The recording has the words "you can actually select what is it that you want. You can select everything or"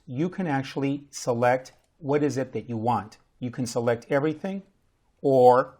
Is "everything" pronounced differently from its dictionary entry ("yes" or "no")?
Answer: no